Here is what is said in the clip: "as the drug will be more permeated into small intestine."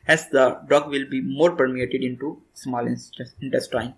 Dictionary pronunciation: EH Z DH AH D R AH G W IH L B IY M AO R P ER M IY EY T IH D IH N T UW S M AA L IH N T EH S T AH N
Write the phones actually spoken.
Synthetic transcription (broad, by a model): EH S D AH D AO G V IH L B IY M AO R P ER M IY EY T IH D IH N T UW S M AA L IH N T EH S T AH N